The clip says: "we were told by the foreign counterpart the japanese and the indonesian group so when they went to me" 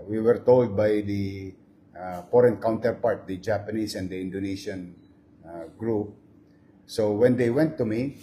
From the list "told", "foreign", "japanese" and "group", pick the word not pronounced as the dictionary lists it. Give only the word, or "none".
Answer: japanese